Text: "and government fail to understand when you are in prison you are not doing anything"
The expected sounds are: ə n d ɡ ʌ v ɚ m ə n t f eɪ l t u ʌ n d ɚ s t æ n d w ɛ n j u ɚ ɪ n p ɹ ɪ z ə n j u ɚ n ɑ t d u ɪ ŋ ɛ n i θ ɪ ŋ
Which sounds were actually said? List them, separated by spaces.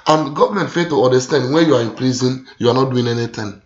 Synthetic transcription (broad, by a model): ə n ɡ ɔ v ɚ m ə n t f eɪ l t u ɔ n d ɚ s t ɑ n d w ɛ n j u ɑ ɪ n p l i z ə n j u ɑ n ɑ t d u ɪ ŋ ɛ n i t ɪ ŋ